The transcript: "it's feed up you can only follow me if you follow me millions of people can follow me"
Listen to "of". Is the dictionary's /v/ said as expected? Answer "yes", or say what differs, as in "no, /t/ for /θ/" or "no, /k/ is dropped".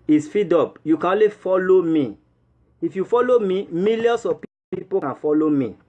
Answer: no, /p/ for /v/